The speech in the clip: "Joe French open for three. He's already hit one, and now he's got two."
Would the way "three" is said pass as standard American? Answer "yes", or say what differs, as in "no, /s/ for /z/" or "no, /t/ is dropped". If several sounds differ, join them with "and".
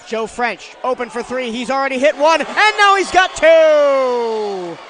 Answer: yes